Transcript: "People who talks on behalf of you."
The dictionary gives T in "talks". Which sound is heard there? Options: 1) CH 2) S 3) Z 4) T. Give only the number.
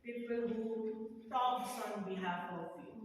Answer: 2